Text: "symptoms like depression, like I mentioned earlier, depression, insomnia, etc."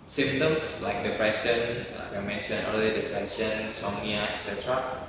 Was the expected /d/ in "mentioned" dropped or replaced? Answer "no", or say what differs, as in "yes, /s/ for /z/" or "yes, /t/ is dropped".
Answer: yes, /d/ is dropped